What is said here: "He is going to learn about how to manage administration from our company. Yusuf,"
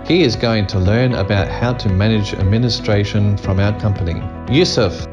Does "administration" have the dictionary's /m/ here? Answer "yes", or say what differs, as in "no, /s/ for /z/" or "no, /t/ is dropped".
yes